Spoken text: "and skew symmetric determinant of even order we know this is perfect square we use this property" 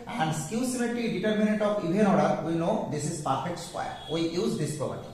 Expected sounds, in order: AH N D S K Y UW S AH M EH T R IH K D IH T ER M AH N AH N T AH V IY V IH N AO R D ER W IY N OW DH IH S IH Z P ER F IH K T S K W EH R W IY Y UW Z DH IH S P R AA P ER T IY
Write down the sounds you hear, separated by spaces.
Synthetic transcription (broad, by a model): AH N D S K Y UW S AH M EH T IH D IH T ER M AH N AH N T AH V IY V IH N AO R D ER W IY N OW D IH S IH Z P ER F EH K T S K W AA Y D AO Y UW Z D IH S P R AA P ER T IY